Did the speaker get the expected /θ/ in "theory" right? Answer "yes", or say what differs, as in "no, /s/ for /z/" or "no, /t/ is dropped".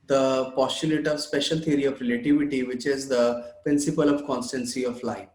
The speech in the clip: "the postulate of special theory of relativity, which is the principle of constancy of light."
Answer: no, /t/ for /θ/